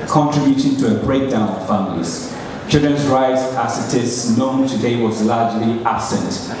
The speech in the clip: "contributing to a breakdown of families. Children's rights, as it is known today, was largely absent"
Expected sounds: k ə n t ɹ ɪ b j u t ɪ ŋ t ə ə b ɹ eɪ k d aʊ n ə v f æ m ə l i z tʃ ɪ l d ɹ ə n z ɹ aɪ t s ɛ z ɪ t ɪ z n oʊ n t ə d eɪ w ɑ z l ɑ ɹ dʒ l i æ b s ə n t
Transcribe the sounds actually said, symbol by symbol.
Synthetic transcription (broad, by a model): k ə n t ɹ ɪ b j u t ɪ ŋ t ə ə b ɹ eɪ k d aʊ n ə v f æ m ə l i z tʃ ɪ l d ɹ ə n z ɹ aɪ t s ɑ s ɪ t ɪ s n oʊ n t ə d eɪ w ɑ z l ɑ dʒ l i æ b s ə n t